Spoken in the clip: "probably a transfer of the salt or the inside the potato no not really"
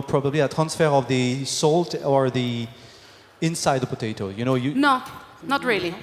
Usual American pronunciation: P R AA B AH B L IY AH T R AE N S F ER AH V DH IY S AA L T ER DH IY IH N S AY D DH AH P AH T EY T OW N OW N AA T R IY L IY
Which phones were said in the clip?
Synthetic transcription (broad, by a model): P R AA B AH B L IY AH T R AE N S F ER AH V DH IY S AA L T ER DH IY IH N S AY D DH AH P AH T EY T OW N OW N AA T R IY L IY